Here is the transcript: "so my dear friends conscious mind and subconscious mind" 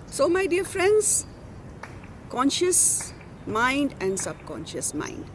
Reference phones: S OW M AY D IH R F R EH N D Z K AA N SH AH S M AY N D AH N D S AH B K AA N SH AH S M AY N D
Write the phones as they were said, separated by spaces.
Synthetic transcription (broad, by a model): S OW M AY D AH R F R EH N D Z K AA N SH AH S M AY N D AH N D S AH B K AA N SH AH S M AY N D